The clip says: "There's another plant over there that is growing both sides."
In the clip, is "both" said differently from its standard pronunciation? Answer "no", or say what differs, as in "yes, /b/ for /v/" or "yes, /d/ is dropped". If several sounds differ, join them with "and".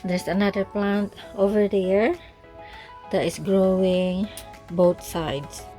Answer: yes, /t/ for /θ/